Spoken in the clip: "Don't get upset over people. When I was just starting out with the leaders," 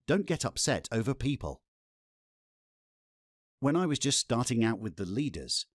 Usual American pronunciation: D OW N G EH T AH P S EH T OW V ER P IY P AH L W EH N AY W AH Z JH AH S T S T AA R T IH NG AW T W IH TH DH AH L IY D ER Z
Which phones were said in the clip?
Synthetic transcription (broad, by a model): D OW N G EH T AH P S EH T OW V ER P IY P AH L W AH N AY W AH Z JH AH S T S T AA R T IH NG AW T W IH DH AH L IY D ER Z